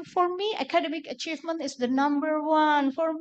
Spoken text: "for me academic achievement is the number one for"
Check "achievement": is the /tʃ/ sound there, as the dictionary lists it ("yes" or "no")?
yes